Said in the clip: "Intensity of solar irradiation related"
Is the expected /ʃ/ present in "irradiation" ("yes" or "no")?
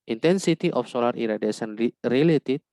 no